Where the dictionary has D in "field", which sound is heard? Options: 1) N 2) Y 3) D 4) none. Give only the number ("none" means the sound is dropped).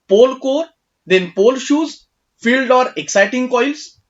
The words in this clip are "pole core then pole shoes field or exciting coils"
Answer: 3